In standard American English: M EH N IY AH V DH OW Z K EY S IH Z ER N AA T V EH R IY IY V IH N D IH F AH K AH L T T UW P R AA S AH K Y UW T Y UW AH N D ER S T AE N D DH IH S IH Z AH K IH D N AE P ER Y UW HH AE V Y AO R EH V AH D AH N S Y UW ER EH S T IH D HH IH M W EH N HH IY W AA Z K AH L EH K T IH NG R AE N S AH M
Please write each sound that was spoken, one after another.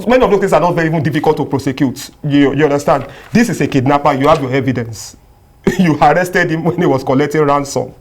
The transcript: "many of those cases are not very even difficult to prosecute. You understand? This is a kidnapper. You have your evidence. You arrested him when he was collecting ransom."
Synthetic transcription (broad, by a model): M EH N IY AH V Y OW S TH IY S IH N AA T V EH R IY IY V IH N D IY F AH K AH L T T UW P R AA S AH K Y UW T Y UW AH N D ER S T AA N D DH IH S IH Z AH K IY D N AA P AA Y UW HH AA V Y AO EH V AH D AH N S Y UW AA EH S T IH D HH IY M W EH N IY W AA S K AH L EH K T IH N R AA N S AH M